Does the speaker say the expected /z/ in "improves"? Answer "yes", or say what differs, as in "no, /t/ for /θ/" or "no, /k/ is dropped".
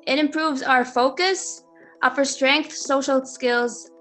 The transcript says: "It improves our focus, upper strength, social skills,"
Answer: yes